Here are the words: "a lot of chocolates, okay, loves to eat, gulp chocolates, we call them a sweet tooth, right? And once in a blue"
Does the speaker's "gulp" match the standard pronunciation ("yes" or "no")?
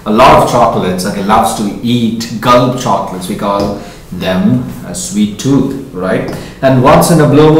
no